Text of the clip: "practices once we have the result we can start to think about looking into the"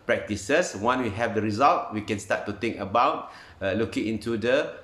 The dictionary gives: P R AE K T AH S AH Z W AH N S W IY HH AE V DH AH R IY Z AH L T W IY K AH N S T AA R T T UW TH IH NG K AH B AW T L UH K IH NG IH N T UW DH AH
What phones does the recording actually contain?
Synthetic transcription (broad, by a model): P R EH K T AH S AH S W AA N W IY HH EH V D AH R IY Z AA L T W IY K AH N S T AA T T UW T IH NG K AH B AW T L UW K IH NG IH N T UW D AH